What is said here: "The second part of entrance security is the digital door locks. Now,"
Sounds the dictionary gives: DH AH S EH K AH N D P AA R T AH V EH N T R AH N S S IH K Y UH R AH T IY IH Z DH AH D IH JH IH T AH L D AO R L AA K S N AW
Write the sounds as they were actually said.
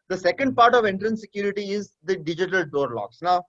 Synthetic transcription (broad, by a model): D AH S EH K AH N D P AA R T AH V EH N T R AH N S S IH K Y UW R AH T IY IH Z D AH D IH JH IH T AH L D AO R L AA K S N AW